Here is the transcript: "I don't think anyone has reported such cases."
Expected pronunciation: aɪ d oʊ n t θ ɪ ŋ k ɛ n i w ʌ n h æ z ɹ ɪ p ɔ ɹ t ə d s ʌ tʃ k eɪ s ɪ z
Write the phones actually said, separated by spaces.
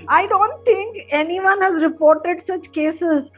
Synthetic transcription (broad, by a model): aɪ d oʊ n t t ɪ ŋ k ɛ n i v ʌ n h æ z ɹ ɪ p ɔ ɹ t ə d s ʌ tʃ k eɪ s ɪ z